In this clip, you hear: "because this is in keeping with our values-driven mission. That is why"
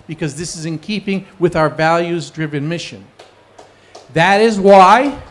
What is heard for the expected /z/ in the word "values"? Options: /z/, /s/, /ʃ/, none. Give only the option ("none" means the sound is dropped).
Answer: /z/